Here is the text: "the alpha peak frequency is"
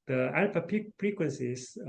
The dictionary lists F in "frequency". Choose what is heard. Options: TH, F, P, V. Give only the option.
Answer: P